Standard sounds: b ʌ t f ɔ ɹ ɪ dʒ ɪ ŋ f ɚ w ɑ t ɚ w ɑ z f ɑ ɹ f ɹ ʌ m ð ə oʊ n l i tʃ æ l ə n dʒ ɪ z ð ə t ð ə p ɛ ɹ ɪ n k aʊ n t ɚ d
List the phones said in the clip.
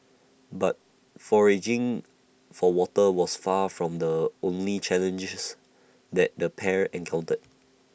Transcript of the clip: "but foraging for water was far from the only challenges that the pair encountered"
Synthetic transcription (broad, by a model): b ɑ t f ɔ ɹ ɪ dʒ ɪ ŋ f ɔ w ɑ t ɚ w ɑ s f ɑ f ɹ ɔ m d ə oʊ n l i tʃ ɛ l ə n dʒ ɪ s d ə t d ə p ɛ ɹ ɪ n k aʊ n t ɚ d